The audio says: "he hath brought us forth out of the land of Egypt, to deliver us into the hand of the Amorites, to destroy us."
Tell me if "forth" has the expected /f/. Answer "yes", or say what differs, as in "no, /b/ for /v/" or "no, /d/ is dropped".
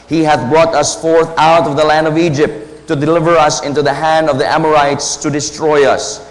yes